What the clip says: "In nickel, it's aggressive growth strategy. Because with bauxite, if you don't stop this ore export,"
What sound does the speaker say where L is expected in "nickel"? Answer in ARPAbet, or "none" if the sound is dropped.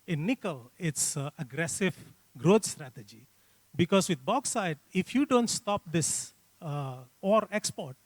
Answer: L